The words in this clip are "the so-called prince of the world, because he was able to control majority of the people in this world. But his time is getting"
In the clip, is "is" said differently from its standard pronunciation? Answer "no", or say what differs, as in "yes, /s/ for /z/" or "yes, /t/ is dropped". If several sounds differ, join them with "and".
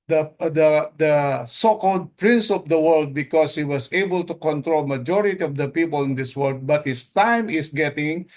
yes, /s/ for /z/